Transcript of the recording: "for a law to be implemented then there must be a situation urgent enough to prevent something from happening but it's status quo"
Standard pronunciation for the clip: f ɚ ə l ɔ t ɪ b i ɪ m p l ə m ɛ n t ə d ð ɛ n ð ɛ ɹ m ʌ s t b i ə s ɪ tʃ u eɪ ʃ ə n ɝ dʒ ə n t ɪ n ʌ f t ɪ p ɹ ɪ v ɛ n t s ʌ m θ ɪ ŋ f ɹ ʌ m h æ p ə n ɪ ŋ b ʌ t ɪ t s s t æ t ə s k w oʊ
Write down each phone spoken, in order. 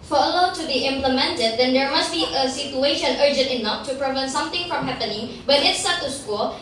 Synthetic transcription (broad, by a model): f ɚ ə l ɔ t ɪ b i ɪ m p l ə m ɛ n t ə d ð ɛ n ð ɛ ɹ m ʌ s t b i ə s ɪ tʃ u eɪ ʃ ə n ɝ dʒ ə n t ɪ n ʌ f t ɪ p ɹ ɪ v ɛ n t s ʌ m θ ɪ ŋ f ɹ ʌ m h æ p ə n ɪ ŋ b ʌ t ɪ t s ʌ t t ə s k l